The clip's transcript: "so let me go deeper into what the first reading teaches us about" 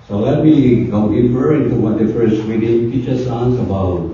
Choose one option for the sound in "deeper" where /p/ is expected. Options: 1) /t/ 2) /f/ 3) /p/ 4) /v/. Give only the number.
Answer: 2